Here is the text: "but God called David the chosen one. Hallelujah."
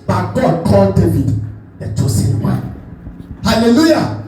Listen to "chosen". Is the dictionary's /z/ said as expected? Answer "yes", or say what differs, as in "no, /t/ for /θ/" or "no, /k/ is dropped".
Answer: no, /s/ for /z/